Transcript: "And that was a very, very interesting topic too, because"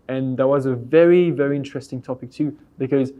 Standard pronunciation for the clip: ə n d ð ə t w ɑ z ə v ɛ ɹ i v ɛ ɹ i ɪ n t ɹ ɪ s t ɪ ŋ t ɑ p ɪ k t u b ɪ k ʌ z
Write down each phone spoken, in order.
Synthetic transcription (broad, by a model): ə n ð ə t w ɑ z ə v ɛ ɹ i v ɛ ɹ i ɪ n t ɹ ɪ s t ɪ ŋ t ɑ p ɪ k t u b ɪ k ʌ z